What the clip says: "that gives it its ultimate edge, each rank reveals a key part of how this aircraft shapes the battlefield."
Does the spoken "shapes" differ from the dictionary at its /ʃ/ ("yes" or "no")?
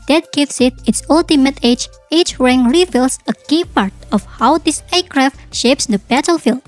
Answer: no